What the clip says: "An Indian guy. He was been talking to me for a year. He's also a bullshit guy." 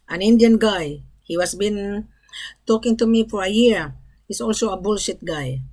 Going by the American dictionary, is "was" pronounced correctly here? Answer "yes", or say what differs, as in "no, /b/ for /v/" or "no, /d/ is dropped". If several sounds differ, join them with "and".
no, /s/ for /z/